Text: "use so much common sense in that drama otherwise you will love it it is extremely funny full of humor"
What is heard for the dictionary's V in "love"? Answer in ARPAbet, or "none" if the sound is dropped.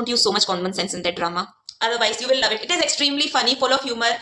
V